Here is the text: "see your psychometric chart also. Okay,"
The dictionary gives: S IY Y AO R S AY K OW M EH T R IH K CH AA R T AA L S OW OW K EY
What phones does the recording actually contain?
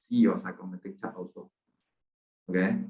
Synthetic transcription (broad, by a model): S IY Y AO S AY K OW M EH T IH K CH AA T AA S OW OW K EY